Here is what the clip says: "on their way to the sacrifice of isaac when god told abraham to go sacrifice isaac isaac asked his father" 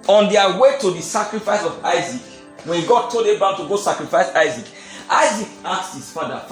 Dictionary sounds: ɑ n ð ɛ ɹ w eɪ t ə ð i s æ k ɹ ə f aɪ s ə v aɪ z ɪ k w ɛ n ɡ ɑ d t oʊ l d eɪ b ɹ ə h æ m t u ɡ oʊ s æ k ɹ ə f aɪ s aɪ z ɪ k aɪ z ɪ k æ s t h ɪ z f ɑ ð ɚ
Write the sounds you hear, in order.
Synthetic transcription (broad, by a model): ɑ n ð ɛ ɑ w eɪ t ə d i s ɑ k ɹ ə f aɪ s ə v aɪ z ɪ k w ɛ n ɡ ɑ t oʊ d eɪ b ə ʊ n t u ɡ oʊ s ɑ k ɹ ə f aɪ s aɪ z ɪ k aɪ z ɪ k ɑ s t h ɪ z f ɑ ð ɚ